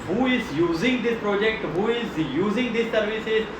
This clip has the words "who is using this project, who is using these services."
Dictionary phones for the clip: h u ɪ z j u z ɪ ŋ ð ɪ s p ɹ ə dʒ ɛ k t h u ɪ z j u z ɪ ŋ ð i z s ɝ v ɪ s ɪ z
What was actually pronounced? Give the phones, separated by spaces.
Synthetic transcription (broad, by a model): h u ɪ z j u z ɪ ŋ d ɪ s p ɹ ə dʒ ɛ k t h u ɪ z j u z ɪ ŋ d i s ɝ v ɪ s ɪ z